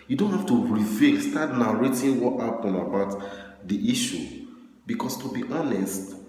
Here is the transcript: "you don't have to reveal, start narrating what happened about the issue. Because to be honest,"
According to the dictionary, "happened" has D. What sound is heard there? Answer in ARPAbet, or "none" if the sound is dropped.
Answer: none